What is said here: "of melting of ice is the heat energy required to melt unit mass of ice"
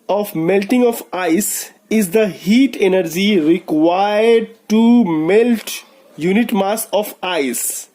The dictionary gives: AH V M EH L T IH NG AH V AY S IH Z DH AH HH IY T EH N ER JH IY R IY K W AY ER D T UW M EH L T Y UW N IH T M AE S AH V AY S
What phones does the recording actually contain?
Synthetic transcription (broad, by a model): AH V M EH L T IH NG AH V AY S IH Z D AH HH IY T EH N ER JH IY R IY K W AY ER D T UW M EH L T Y UW N IH T M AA S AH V AY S